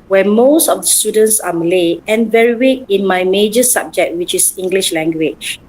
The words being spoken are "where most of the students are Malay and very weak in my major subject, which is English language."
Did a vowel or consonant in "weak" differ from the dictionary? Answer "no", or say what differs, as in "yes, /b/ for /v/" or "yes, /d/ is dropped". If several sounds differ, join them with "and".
yes, /k/ is dropped